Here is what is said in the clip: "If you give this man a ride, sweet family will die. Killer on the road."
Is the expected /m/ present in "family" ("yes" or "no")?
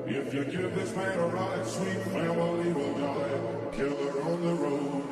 no